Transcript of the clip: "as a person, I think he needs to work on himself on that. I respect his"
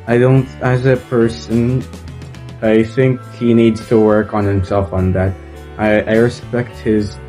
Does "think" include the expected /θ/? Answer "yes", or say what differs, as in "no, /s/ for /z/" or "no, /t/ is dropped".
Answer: yes